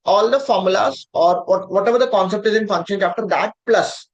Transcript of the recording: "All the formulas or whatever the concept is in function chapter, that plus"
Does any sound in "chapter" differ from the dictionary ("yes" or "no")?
yes